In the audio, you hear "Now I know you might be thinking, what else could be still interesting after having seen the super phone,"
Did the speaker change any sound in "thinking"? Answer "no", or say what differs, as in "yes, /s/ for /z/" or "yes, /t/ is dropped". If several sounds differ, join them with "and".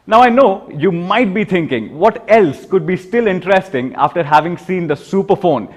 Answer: yes, /t/ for /θ/